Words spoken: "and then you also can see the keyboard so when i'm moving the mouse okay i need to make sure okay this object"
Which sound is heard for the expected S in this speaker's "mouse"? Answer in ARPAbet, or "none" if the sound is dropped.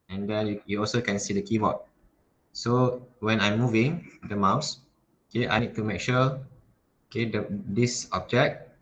S